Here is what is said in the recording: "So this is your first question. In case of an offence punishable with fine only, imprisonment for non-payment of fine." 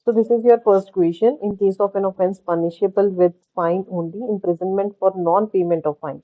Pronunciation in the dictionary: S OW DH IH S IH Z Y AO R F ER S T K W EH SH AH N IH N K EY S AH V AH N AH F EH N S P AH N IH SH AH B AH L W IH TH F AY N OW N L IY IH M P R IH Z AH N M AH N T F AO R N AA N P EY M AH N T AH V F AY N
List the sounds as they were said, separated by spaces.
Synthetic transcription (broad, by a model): S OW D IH S IH Z Y AO R P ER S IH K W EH SH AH N IH N K EY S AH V AH N AH F EH N S P AH N IH SH AH B AH L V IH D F AY N OW N L IY IH M P R IH Z AH N M AH N T F AO R N AA N P EY M AH N T AH V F AY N